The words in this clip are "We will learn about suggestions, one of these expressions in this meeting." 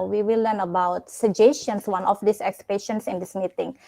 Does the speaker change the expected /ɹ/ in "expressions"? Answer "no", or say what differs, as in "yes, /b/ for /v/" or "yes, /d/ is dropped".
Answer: yes, /ɹ/ is dropped